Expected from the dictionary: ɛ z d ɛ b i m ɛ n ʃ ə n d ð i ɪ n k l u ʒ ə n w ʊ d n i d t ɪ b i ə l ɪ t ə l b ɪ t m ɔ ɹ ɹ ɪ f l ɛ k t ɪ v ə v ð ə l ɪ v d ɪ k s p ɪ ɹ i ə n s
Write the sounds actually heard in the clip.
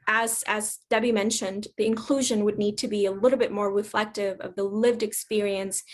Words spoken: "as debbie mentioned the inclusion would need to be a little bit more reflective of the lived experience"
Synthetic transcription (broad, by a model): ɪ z d ɛ b i m ɛ n ʃ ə n ð i ɪ n k l u ʒ ə n w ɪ d n i d t ɪ b i ə l ɪ t l b ɪ t m ɔ ɹ ɹ ɪ f l ɛ k t ɪ v ə v ð ə l ɪ v d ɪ k s p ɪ ɹ i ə n s